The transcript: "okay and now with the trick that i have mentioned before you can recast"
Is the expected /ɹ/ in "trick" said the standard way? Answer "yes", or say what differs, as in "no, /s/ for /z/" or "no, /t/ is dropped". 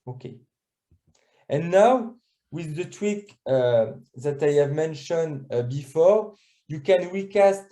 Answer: no, /w/ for /ɹ/